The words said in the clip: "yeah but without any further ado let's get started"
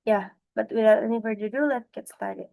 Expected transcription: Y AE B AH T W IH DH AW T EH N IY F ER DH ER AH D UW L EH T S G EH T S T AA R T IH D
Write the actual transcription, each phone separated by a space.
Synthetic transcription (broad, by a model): Y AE B AH T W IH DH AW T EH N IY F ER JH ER AH D UW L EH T G EH T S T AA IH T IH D